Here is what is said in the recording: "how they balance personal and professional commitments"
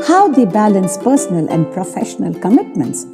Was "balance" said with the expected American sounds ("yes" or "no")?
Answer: yes